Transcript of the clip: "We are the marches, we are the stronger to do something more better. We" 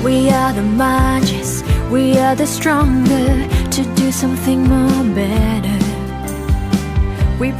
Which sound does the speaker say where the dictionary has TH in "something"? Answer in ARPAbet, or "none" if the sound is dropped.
TH